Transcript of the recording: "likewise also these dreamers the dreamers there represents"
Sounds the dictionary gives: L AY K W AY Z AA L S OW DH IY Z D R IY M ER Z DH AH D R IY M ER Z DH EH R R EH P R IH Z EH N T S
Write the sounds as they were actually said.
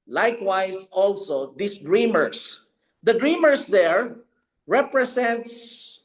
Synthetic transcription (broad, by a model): L AY K W AY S AA L S OW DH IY S D R IY M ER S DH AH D R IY M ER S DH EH R R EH P R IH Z EH N T S